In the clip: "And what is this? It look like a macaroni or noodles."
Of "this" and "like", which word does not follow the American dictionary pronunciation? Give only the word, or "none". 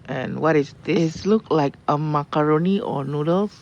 this